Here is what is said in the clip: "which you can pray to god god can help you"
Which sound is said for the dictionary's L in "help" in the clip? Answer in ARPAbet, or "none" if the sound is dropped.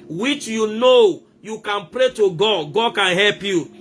L